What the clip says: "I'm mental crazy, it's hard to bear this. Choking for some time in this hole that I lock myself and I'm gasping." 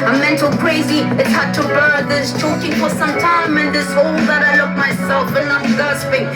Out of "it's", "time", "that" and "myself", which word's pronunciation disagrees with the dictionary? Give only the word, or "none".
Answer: none